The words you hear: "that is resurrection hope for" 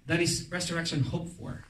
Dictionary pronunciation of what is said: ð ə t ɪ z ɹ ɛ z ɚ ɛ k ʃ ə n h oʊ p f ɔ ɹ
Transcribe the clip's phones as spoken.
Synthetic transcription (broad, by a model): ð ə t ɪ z ɹ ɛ s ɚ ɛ k ʃ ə n h oʊ p f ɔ ɹ